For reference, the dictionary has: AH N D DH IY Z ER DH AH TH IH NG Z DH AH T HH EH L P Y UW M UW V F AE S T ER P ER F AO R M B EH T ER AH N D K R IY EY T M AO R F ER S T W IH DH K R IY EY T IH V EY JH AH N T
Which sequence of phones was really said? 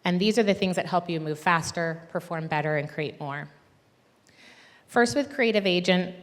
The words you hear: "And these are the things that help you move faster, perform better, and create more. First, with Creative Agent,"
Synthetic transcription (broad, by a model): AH N DH IY Z ER DH AH TH IH NG Z DH AH T HH EH L P Y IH M UW V F AE S T ER P ER F AO R M B EH T ER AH N K R IY EY T M AO R F ER S T W IH DH K R IY EY T IH V EY JH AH N T